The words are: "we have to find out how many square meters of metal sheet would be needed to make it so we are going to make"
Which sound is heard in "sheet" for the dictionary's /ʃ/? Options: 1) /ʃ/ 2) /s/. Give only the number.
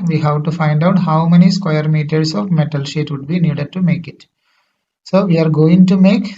1